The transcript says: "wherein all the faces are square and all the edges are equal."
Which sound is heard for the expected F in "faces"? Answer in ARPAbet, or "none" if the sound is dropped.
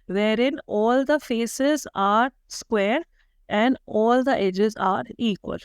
F